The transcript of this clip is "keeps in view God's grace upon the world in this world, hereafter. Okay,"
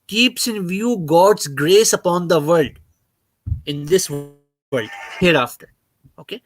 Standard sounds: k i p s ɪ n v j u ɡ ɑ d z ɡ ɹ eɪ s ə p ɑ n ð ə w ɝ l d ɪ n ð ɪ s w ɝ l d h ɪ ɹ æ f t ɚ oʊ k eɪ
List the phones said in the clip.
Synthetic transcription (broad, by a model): k i p s ɪ n v j u ɡ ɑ d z ɡ ɹ eɪ s ə p ɑ n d ə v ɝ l d ɪ n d ɪ s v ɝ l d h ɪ ɹ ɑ f t ɚ oʊ k eɪ